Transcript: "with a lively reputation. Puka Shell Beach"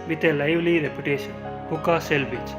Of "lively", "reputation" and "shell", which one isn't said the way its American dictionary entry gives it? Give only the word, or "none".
shell